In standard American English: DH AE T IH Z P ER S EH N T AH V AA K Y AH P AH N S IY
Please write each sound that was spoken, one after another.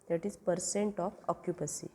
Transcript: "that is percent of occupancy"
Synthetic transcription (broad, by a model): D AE T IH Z P ER S EH N T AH F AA K Y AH P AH S IY